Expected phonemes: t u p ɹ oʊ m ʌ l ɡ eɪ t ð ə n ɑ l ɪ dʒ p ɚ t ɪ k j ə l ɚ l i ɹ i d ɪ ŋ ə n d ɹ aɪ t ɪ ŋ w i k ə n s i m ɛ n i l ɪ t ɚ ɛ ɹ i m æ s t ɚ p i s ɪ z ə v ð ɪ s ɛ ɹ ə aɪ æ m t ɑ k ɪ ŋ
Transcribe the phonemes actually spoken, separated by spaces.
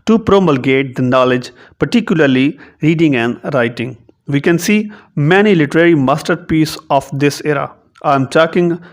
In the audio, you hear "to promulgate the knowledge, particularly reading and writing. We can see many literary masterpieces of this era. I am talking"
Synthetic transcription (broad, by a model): t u p ɹ oʊ m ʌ l ɡ eɪ t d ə n ɑ l ɪ dʒ p ɚ t ɪ k j ə l ɚ l i ɹ i d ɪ ŋ ə n d ɹ aɪ t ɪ ŋ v i k ə n s i m ɛ n i l ɪ t ɚ ɛ ɹ i m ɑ s t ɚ p i s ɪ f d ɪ s ɛ ɹ ə aɪ m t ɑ k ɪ ŋ